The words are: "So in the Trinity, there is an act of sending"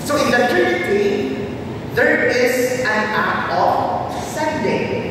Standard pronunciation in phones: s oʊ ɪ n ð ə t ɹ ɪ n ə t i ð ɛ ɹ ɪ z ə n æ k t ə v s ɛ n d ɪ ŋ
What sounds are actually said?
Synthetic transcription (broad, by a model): s oʊ ɪ n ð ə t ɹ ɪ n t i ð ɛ ɹ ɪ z ə n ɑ t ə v s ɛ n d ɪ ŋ